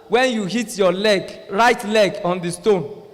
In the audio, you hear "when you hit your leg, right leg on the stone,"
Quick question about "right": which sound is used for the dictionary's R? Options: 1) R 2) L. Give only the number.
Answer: 1